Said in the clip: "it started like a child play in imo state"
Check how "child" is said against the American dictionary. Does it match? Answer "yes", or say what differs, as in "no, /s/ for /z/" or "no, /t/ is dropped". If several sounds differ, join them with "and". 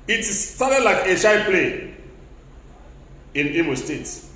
no, /ʃ/ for /tʃ/